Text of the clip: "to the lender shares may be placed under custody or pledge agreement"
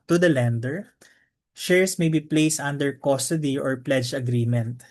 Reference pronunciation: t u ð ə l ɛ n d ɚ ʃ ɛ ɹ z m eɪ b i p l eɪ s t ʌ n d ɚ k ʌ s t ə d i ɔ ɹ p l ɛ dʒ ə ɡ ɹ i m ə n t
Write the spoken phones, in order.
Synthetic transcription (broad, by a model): t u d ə l ɛ n d ɚ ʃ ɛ ɹ s m eɪ b i p l eɪ s t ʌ n d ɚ k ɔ s t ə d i ɔ ɹ p l ɛ dʒ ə ɡ ɹ i m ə n t